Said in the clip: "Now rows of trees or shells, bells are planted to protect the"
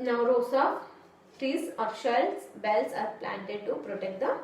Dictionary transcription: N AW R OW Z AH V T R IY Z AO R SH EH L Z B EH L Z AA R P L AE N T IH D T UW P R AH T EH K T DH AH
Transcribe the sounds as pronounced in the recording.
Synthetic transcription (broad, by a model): N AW R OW S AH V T R IY S AO R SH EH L S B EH L S AA R P L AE N T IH D T UW P R AH T EH K T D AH